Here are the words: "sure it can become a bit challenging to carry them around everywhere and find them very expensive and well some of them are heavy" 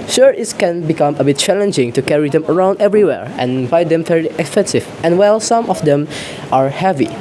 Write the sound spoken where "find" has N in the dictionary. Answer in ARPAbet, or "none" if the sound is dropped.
none